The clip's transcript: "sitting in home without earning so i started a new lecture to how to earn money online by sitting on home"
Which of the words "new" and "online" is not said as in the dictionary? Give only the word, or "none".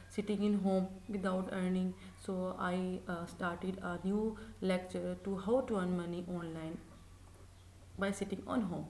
none